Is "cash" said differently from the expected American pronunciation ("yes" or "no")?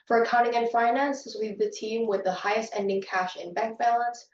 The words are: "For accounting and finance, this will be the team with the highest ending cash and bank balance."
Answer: no